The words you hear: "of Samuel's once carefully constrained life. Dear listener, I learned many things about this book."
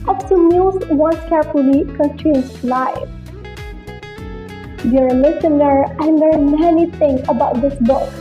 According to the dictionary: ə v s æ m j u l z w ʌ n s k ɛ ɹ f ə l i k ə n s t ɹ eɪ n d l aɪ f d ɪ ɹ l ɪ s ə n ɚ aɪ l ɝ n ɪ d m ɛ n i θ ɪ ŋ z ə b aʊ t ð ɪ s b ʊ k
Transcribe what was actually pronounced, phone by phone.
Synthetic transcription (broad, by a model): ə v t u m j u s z w ʌ n s k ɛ ɹ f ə l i k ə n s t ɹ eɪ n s l aɪ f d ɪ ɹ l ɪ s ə n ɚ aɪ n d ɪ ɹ m ɛ n i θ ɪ ŋ ə b aʊ t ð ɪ s b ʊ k